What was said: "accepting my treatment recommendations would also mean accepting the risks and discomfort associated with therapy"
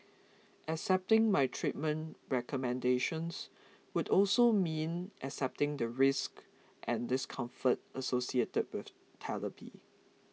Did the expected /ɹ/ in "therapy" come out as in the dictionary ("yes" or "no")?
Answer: no